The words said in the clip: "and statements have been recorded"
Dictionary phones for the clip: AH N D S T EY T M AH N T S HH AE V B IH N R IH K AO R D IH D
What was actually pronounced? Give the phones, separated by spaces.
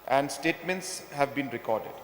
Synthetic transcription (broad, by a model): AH N D S T EY T M AH N T S HH AE V B IH N R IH K AO R D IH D